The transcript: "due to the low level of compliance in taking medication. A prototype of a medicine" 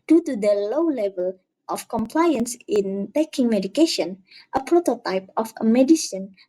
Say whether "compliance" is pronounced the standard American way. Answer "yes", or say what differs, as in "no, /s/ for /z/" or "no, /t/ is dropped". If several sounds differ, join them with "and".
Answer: yes